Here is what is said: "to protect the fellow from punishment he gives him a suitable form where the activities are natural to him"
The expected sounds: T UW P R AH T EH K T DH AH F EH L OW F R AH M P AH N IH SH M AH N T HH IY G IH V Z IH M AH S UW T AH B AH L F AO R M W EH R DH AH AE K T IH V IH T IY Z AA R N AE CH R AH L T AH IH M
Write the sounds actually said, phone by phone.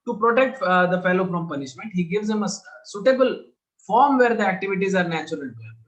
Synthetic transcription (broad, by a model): T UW P R AH T EH K T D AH F EH L OW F R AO M P AH N IH SH M AH N T HH IY G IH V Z IH M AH S UW T AH B AH L F AO R M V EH R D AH AE K T IH V IH T IY Z AA R N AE CH AH T AH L